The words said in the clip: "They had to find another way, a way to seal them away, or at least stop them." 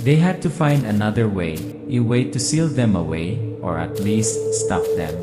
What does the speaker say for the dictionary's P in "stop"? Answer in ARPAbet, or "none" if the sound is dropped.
F